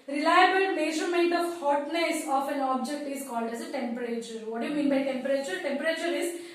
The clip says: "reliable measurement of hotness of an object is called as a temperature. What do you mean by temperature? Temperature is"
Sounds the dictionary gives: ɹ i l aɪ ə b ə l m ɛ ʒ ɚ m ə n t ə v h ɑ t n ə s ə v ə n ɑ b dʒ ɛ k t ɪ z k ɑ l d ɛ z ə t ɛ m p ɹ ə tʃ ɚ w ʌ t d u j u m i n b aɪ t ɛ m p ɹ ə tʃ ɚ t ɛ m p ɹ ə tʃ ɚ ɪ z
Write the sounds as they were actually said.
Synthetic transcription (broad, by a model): ɹ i l aɪ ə b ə l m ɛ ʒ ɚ m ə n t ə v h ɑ t n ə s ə f ə n ɑ b dʒ ɛ k t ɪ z k ɑ l d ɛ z ə t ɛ m p ɹ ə tʃ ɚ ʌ t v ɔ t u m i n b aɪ t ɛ m p ɹ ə tʃ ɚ t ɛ m p ɹ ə tʃ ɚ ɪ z